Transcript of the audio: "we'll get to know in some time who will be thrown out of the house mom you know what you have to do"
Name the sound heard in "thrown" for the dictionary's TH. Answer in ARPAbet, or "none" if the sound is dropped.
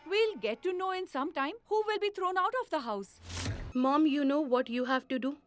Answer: T